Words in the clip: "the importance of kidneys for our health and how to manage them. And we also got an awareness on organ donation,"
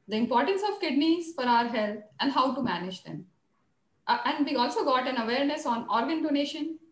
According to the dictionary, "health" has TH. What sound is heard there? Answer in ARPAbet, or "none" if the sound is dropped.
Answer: T